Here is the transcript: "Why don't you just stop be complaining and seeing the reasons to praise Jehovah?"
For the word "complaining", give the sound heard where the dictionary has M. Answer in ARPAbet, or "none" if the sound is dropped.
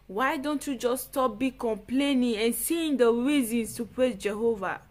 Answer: M